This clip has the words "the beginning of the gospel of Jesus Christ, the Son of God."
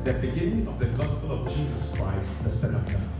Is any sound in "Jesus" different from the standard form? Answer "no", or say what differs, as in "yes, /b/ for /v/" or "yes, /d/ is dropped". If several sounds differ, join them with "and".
no